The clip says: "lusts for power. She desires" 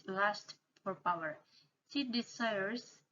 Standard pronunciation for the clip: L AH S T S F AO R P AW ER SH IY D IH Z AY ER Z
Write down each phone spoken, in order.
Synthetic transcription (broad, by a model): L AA S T F AO R P AW ER S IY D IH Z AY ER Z